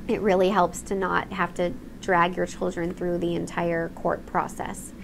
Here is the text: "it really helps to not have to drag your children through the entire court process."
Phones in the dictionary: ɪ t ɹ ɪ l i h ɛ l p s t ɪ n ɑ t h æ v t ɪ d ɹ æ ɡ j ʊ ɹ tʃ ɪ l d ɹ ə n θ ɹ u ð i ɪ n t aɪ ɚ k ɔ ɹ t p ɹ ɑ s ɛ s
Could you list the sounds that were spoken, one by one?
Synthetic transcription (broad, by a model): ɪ t ɹ ɪ l i h ɛ l p s t ɪ n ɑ t h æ f t ɪ d ɹ æ ɡ j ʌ ɹ tʃ ɪ l d ɹ ə n θ ɹ u ð i ɪ n t aɪ ɚ k ɔ ɹ t p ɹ ɑ s ɛ s